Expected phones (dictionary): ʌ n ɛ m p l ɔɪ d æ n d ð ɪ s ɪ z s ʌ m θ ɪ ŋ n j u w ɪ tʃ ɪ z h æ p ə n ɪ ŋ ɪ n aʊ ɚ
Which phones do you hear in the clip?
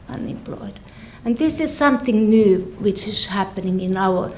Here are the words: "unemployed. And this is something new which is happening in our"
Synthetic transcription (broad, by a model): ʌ n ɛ m p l ɔɪ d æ n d ð ɪ s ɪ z s ʌ m θ ɪ ŋ n j u w ɪ tʃ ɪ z h æ p ə n ɪ ŋ ɪ n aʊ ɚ